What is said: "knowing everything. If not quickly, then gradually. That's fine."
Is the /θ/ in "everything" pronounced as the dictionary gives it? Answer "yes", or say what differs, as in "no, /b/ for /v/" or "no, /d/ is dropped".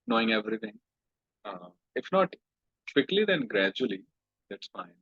no, /t/ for /θ/